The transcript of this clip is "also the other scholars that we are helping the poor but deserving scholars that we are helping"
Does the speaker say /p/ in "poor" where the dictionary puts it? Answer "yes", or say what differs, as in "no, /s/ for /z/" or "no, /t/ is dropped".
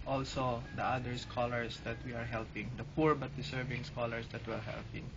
yes